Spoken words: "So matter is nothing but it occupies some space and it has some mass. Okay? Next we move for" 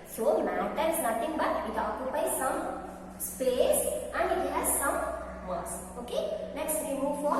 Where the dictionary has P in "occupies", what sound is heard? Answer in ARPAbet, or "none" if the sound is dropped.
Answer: B